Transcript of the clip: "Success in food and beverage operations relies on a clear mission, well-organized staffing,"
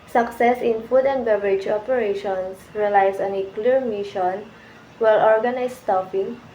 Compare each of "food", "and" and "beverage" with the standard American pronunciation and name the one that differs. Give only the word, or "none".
none